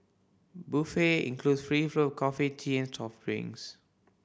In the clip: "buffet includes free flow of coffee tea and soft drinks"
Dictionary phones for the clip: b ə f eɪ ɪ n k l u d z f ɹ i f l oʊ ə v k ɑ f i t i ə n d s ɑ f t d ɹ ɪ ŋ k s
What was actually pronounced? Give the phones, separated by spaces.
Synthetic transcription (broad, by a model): b ə f eɪ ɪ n k l u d s f ɹ i f l oʊ k ɑ f i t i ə n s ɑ f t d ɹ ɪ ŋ s